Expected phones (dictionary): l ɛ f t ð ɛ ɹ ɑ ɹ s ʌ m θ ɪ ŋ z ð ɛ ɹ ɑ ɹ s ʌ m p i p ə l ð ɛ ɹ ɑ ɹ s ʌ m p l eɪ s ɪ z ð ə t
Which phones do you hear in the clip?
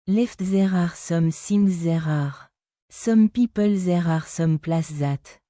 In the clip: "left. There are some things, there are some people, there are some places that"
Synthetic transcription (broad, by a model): l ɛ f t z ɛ ɹ ɑ ɹ s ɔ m s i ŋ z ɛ ɹ ɑ ɹ s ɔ m p i p ə l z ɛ ɹ ɑ ɹ s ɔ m p l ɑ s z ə t